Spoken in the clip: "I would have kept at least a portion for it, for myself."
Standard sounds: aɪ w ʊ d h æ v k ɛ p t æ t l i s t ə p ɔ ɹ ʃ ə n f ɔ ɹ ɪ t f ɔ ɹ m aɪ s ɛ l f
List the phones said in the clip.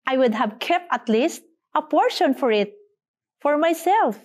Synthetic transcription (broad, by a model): aɪ w ʊ d h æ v k ɛ p t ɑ t l i s t ə p ɔ ɹ ʃ ə n f ɔ ɹ ɪ t f ɔ ɹ m aɪ s ɛ l f